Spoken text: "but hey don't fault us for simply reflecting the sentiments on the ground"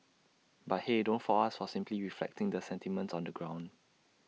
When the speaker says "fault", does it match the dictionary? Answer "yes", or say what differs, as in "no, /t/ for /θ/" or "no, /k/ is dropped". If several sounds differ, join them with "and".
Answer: no, /t/ is dropped